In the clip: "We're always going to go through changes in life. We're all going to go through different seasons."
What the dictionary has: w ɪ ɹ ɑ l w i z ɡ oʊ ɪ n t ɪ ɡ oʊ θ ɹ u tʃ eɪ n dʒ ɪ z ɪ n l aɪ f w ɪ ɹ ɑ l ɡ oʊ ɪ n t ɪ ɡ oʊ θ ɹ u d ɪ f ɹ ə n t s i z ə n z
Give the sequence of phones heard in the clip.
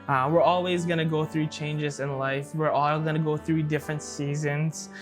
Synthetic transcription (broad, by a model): w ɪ ɹ ɑ l w i z ɡ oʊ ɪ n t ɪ ɡ oʊ θ ɹ u tʃ eɪ n dʒ ɪ z ɪ n l aɪ f w ɪ ɹ ɑ l ɡ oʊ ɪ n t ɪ ɡ oʊ θ ɹ u d ɪ f ɹ ə n t s i z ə n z